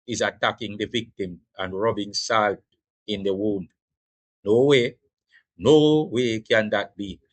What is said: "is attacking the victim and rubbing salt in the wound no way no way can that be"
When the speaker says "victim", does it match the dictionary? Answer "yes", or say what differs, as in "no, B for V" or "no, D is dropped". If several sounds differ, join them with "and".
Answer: yes